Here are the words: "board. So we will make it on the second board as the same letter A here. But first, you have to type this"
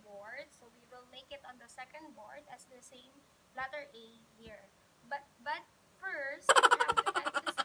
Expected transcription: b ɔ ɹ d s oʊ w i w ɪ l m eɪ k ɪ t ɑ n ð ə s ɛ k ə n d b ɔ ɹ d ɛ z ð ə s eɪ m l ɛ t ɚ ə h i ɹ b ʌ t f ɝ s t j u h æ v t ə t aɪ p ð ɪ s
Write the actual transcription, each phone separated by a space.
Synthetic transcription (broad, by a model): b ɔ ɹ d s oʊ w i w ɪ l m eɪ k ɪ t ɑ n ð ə s ɛ k ə n d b ɔ ɹ d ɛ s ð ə s eɪ m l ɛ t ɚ ə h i ɹ b ʌ t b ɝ t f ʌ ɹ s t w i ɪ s